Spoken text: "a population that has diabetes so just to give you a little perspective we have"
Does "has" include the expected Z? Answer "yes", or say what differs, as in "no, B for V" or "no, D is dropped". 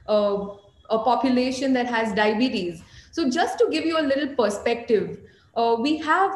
yes